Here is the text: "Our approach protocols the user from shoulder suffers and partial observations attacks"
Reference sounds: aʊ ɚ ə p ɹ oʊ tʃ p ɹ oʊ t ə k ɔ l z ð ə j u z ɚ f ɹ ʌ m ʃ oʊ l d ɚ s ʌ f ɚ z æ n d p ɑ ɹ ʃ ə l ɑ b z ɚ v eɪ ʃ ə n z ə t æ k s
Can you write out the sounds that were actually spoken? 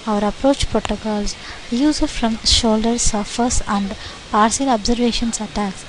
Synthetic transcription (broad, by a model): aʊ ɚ ə p ɹ oʊ tʃ p ɹ oʊ t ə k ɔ l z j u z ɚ f ɹ ʌ m ʃ oʊ l d ɚ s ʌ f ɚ s æ n d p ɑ ɹ s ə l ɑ b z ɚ v eɪ ʃ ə n s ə t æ k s